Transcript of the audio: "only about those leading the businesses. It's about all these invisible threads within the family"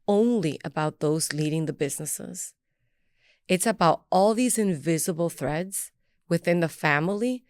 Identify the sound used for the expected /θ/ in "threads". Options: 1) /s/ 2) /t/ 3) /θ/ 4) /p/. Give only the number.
3